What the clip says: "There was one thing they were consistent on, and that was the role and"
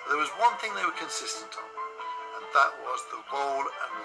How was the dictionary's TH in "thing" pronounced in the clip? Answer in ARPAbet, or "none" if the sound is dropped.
TH